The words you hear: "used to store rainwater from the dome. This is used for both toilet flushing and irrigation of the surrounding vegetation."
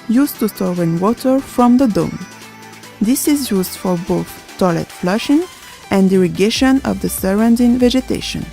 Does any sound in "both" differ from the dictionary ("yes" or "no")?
no